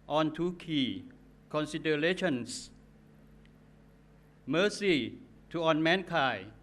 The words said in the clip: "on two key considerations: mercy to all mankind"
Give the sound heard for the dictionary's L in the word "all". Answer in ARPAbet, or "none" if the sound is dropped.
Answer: N